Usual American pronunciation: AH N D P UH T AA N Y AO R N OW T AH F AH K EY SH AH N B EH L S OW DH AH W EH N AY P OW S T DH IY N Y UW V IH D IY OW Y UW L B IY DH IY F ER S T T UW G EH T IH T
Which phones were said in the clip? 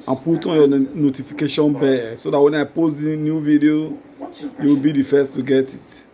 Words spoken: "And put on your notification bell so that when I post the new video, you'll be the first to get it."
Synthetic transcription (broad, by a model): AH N P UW T AA N Y AO N OW T AH F AH K EY SH AH N B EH S OW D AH W EH N AY P OW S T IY N Y UW V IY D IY OW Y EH W B IY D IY F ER S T T UW G EH T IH T